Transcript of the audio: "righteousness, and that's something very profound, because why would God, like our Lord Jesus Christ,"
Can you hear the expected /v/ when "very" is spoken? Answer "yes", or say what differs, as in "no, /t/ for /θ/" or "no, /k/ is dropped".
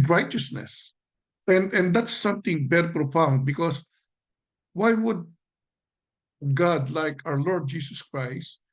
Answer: no, /b/ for /v/